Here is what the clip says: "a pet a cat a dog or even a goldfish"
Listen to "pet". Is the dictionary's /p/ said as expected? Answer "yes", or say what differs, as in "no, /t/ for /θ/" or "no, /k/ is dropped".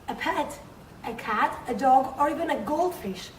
yes